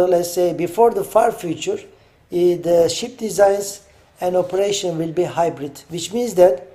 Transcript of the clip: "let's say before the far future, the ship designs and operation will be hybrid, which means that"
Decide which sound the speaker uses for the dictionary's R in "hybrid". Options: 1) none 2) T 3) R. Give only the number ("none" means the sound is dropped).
3